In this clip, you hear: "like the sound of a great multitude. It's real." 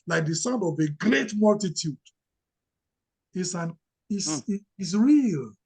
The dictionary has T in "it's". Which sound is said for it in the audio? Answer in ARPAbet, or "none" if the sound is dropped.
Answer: S